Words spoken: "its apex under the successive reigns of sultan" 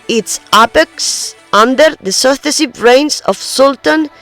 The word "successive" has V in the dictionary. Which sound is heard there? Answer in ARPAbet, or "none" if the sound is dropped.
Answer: B